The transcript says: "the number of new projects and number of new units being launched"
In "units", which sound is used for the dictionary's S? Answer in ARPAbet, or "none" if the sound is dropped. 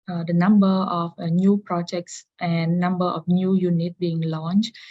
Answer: none